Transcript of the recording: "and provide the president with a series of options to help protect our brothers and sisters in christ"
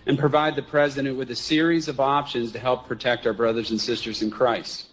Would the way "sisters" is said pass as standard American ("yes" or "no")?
yes